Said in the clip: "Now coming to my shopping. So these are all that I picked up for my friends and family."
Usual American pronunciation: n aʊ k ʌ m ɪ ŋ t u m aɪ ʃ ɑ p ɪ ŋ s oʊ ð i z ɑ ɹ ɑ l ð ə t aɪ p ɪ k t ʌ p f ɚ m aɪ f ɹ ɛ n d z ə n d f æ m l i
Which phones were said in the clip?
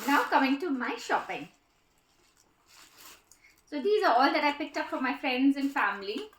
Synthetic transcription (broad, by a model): n aʊ k ʌ m ɪ ŋ t u m aɪ ʃ ɑ p ɪ ŋ s oʊ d i z ɑ ɹ ɑ l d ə t aɪ p ɪ k t ʌ p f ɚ m aɪ f ɹ ɛ n d z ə n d f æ m l i